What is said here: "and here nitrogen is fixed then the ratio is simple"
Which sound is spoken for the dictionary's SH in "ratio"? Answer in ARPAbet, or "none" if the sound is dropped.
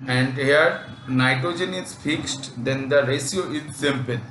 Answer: S